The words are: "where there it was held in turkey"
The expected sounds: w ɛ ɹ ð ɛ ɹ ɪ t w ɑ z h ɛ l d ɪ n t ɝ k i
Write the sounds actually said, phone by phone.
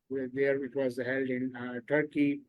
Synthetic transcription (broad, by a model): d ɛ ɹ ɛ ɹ ɪ t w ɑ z h ɛ l d ɪ n t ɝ k i